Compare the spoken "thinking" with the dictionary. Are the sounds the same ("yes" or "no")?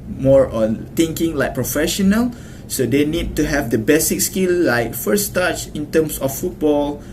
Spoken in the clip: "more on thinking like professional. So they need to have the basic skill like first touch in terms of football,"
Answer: no